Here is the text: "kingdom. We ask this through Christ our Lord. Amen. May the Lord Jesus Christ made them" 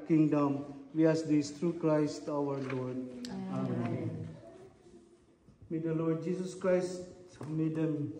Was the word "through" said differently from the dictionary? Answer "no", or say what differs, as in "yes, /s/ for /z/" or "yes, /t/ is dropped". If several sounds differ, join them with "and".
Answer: yes, /t/ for /θ/